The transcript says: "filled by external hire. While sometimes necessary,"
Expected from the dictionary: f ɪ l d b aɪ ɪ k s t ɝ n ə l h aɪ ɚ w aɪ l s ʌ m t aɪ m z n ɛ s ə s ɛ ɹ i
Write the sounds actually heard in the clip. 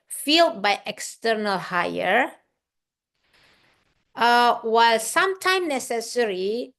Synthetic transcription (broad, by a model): f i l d b aɪ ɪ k s t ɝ n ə l h aɪ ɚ w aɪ l s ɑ m t aɪ m n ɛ s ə s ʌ ɹ i